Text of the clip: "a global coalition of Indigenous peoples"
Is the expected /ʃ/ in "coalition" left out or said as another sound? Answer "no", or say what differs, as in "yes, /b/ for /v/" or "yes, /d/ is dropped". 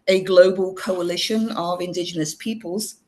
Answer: no